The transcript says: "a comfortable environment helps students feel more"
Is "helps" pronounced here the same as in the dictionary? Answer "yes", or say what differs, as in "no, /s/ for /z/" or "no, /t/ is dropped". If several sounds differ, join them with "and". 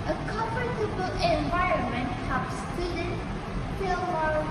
no, /l/ is dropped